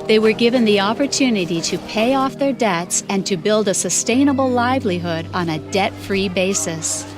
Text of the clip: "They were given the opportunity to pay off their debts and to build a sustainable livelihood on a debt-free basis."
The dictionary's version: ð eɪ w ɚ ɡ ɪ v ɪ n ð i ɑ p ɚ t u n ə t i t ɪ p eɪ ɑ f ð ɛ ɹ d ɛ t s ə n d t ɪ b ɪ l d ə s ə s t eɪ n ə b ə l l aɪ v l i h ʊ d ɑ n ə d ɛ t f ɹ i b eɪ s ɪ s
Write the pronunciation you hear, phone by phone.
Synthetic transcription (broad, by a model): ð eɪ w ɚ ɡ ɪ v ɪ n ð i ɑ p ɚ t u n ə t i t ɪ p eɪ ɑ f ð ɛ ɹ d ɛ t s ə n t ɪ b ɪ l d ə s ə s t eɪ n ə b l l aɪ v l i h ʊ d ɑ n ə d ɛ t f ɹ i b eɪ s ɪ s